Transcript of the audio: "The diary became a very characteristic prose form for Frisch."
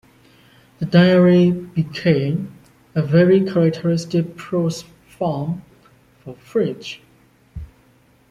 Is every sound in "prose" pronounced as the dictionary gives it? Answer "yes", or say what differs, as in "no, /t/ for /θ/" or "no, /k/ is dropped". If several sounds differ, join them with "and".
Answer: no, /s/ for /z/